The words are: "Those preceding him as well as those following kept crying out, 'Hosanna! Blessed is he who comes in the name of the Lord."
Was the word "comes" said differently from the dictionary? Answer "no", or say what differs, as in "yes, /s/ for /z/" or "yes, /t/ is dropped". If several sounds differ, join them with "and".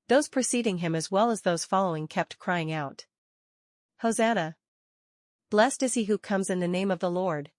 no